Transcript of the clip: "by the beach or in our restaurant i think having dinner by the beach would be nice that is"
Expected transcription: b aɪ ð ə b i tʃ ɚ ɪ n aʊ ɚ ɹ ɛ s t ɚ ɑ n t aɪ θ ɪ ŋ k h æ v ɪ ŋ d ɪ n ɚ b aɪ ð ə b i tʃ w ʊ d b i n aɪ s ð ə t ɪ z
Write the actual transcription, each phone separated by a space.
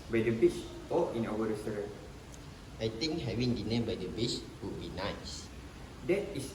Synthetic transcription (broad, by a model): b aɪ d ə b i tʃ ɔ ɪ n aʊ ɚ ɹ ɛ s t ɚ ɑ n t aɪ t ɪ ŋ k h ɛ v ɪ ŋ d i n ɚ b aɪ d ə b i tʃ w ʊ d b i n aɪ s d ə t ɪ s